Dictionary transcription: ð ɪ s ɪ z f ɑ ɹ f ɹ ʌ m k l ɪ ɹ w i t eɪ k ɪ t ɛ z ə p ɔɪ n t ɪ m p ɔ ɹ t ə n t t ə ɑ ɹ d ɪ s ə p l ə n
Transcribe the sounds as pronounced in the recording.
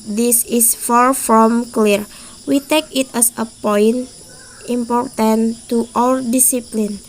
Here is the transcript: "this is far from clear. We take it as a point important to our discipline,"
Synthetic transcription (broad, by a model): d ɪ s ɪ s f ɑ ɹ f ɹ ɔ m k l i ɹ w i t eɪ k ɪ t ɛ s ə p ɔɪ n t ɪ m p ɔ ɹ t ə n t t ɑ l d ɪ s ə p l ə n